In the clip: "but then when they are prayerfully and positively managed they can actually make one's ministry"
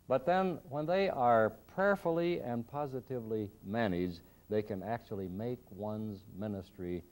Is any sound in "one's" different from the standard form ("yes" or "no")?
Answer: no